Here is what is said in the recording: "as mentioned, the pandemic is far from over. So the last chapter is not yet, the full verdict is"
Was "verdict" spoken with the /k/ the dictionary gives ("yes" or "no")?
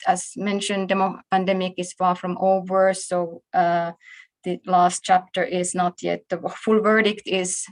yes